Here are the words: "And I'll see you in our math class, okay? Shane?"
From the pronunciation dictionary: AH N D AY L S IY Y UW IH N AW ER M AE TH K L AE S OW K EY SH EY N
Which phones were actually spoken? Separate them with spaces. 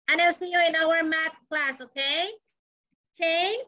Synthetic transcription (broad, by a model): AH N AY S IY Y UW IH N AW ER M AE T K L AE S OW K EY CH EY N